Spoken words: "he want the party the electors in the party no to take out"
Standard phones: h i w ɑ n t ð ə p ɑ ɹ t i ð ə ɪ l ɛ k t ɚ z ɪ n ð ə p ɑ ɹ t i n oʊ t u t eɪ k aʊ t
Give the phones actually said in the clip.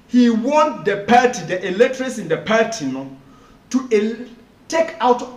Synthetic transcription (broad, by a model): h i w ɑ n t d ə p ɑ t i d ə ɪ l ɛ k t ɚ s ɪ n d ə p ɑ t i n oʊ t u t eɪ k aʊ t